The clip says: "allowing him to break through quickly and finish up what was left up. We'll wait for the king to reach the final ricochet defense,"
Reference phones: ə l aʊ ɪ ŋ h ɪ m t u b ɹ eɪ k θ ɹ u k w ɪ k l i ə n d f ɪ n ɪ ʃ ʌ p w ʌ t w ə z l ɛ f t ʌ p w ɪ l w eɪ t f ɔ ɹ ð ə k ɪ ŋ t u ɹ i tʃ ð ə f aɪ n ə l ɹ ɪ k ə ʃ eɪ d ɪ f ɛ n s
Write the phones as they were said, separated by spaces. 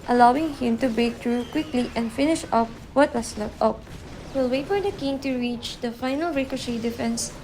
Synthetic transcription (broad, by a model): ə l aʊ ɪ ŋ h ɪ m t u b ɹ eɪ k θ ɹ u k w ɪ k l i ə n d f ɪ n ɪ ʃ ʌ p w ʌ t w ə s l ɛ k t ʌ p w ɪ l w eɪ t f ɔ ɹ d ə k ɪ ŋ t u ɹ i tʃ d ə f aɪ n ə l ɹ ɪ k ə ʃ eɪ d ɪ f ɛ n s